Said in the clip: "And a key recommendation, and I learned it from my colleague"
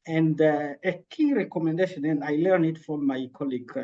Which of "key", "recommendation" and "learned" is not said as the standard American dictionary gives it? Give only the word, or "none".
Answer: learned